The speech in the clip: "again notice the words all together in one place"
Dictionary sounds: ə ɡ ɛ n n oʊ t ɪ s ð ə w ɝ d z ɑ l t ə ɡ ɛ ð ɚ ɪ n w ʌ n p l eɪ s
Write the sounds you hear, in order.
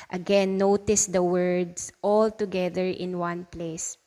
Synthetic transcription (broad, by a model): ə ɡ ɛ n n oʊ t ɪ s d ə w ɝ d s ɑ l t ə ɡ ɛ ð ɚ ɪ n w ʌ n p l eɪ s